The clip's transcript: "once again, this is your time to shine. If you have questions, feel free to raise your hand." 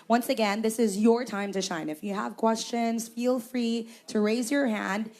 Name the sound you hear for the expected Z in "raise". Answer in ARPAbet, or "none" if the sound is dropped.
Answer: Z